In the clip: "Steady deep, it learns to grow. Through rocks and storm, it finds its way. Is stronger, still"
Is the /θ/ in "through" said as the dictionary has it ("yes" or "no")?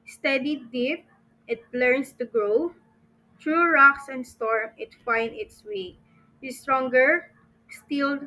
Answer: no